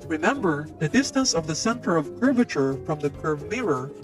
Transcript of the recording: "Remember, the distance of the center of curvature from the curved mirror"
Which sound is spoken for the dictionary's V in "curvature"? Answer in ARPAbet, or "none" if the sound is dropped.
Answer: V